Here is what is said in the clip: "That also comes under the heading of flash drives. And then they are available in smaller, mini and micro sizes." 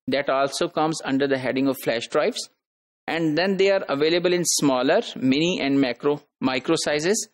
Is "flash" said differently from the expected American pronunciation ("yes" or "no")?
no